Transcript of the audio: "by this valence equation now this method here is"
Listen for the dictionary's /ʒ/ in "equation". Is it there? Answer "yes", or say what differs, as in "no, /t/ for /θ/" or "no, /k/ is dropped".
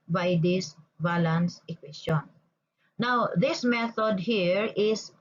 no, /s/ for /ʒ/